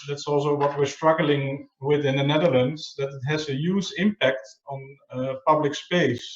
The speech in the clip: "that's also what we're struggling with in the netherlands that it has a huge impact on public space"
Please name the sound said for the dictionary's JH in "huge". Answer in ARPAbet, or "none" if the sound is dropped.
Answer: Z